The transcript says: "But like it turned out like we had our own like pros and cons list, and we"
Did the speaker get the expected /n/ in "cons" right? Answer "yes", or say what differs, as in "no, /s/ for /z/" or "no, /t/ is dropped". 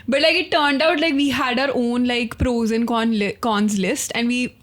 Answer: yes